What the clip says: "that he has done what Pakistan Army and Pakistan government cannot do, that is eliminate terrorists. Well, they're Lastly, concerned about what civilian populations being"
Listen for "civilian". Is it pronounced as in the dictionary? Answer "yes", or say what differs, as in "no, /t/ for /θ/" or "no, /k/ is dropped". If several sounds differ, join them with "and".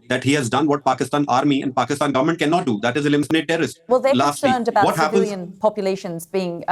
no, /p/ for /v/ and /n/ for /l/